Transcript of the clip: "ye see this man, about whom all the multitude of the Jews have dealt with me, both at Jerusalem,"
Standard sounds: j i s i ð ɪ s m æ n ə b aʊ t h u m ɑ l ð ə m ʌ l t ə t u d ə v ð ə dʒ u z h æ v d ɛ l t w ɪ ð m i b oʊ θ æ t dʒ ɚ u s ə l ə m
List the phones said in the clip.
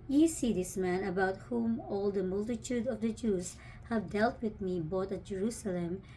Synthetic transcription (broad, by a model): j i s i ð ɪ s m æ n ə b aʊ t h u m ɑ l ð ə m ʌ l t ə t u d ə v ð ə dʒ u z h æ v d ɛ l t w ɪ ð m i b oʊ t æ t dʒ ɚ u s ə l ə m